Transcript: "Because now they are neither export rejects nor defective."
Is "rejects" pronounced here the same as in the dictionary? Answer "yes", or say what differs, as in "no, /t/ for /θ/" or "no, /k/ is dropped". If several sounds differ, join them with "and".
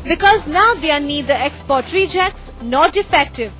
yes